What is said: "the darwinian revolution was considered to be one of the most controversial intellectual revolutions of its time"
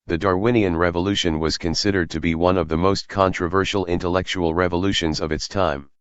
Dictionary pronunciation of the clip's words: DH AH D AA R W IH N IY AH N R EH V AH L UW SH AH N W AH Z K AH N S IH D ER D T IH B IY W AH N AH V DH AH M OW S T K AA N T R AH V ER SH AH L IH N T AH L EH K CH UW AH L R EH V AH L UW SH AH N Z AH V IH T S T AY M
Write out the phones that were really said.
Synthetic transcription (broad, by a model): DH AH D AA R W IH N IY AH N R EH V AH L UW SH AH N W AH Z K AH N S IH D ER D T IH B IY W AH N AH V DH AH M OW S T K AA N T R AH V ER SH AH L IH N T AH L EH K CH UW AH L R EH V AH L UW SH AH N Z AH V IH T S T AY M